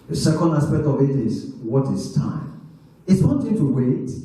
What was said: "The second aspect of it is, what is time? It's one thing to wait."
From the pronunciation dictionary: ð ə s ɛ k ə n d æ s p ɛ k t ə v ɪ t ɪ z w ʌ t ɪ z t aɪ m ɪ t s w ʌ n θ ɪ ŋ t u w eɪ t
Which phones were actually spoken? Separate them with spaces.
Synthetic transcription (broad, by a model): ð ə s ɛ k ə n d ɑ s p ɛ k t ə v ɪ t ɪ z w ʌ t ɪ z t aɪ m ɪ t s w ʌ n t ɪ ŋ t u w eɪ t